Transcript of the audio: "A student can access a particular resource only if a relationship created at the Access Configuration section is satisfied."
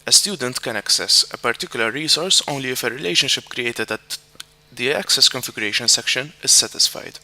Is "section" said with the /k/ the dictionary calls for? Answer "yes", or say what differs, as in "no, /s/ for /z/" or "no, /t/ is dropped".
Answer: yes